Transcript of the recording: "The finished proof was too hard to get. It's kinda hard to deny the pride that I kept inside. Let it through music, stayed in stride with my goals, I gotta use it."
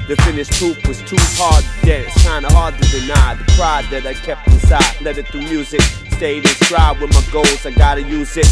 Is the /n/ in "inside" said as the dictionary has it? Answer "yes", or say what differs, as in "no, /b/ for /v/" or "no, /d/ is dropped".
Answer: no, /n/ is dropped